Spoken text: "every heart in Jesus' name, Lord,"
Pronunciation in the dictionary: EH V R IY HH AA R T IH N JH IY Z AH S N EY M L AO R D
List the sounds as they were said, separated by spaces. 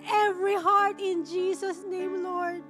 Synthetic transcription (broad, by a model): EH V R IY HH AA R T IH N JH IY S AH S N EY M L AO R D